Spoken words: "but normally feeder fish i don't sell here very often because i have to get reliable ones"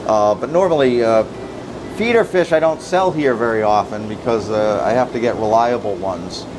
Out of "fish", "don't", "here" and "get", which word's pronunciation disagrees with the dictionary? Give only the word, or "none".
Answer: none